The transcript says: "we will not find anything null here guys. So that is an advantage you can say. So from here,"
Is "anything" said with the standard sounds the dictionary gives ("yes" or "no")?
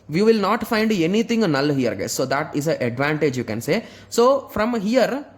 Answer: no